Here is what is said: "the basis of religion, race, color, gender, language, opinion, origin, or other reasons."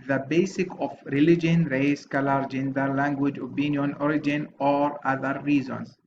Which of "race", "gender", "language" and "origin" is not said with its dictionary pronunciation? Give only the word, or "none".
none